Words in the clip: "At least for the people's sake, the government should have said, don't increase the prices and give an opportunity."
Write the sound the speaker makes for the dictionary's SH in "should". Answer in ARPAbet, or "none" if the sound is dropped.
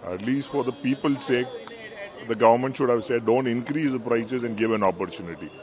SH